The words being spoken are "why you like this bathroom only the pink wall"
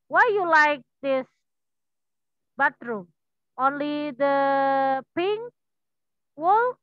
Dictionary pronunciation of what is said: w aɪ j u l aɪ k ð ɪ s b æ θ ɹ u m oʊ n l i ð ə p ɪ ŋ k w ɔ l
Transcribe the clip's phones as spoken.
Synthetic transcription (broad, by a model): w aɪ j u l aɪ k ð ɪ s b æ t ɹ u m oʊ n l i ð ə p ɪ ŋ w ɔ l